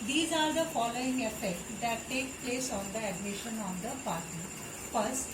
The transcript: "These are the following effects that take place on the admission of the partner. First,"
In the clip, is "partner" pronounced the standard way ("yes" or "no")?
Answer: no